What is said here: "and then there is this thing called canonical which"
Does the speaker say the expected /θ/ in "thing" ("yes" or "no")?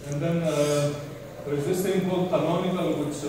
no